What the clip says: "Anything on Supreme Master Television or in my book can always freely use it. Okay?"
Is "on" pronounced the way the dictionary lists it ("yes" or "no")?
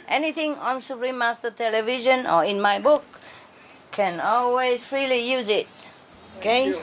yes